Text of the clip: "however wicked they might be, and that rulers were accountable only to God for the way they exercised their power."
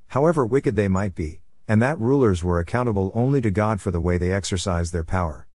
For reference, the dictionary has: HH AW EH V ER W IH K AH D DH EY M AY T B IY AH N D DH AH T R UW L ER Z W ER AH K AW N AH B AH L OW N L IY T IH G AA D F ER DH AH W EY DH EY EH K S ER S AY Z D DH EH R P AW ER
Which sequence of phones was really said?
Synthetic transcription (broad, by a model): HH AW EH V ER W IH K AH D DH EY M AY T B IY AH N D DH AH T R UW L ER Z W ER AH K AW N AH B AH L OW N L IY T IH G AA D F ER DH AH W EY DH EY EH K S ER S AY Z DH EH R P AW ER